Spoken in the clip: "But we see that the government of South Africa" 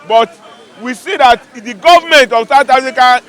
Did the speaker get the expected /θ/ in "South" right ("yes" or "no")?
no